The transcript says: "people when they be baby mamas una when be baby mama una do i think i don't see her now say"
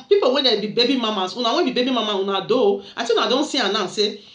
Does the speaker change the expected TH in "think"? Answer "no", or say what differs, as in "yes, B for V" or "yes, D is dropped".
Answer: yes, S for TH